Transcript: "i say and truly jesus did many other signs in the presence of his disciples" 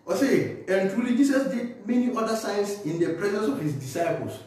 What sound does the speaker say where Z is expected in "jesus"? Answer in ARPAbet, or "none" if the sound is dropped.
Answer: S